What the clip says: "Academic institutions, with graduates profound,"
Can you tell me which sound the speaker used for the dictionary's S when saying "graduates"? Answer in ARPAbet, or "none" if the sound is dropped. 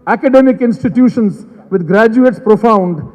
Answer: S